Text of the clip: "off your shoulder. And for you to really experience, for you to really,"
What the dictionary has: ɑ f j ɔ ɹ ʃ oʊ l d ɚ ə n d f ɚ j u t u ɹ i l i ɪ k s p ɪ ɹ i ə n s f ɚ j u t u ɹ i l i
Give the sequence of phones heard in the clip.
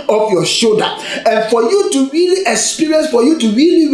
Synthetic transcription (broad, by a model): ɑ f j ɔ ʃ oʊ d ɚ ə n f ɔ j u t u ɹ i l i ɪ k s p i ɹ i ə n s f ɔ j u t u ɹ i l i